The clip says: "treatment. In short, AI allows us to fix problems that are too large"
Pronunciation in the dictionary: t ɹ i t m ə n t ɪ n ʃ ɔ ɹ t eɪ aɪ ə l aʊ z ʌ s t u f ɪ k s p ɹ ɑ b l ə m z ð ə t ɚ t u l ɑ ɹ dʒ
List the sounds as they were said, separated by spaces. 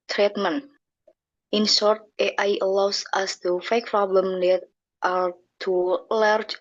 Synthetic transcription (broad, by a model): t ɹ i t m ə n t ɪ n s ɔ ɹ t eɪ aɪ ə l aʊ s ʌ s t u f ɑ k p ɹ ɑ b l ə m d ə t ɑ t u l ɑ ɹ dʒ